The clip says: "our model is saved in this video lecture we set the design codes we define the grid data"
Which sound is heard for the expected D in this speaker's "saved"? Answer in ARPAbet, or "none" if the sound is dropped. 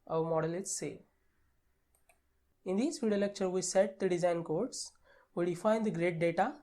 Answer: none